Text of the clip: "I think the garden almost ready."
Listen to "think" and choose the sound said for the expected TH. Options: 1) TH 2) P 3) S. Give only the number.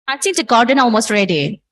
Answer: 3